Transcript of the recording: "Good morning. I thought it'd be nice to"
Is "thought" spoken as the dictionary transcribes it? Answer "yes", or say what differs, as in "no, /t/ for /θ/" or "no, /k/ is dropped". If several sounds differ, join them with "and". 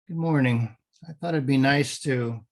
yes